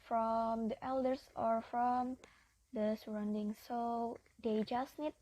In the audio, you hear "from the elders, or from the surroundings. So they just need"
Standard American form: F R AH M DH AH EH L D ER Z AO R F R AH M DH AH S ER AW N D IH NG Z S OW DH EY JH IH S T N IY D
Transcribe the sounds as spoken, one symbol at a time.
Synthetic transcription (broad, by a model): F R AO M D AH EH L D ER S AO R F R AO M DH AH S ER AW N D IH NG S OW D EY JH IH S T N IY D